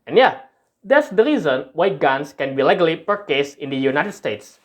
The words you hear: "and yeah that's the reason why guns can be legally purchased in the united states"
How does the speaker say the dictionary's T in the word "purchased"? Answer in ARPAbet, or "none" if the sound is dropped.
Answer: none